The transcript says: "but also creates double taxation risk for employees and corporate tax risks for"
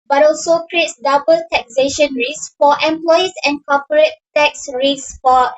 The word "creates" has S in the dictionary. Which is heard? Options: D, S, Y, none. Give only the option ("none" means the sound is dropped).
S